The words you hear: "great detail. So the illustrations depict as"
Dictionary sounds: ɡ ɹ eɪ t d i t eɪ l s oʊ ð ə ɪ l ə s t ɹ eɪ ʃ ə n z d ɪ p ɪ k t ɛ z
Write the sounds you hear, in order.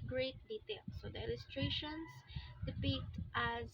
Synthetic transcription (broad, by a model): ɡ ɹ eɪ t d i t eɪ l s oʊ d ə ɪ l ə s t ɹ eɪ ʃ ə n s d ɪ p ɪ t t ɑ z